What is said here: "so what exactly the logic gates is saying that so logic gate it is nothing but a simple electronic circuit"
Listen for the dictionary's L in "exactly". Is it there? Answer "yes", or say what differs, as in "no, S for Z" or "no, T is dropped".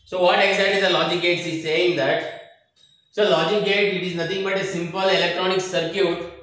no, L is dropped